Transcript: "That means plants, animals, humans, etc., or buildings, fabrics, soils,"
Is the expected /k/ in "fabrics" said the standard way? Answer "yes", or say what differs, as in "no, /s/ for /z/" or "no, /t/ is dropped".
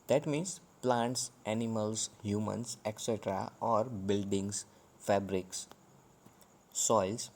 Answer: yes